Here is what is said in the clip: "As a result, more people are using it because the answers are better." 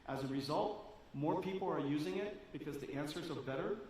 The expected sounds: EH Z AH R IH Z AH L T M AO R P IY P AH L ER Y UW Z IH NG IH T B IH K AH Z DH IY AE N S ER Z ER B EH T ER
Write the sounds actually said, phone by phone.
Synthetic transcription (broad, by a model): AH Z AH R IH Z AH L T M AO R P IY P L ER Y UW Z IH NG IH T B IH K AH Z DH IY AE N S ER Z ER B EH T ER